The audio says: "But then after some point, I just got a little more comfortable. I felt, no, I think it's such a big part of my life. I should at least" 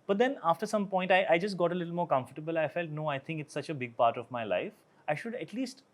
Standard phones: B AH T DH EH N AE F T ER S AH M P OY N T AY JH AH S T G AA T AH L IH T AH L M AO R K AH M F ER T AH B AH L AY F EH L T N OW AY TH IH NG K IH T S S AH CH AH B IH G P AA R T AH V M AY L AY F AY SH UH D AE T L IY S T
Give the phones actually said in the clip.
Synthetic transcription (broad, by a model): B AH T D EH N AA F T ER S AH M P OY N T AY JH AH S T G AA T AH L IH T L M AO R K AH M F ER T AH B AH L AY F EH L T N OW AY T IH NG K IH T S S AH CH AH B IH G P AA R T AH V M AY L AY F AY SH UH D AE T L IY S T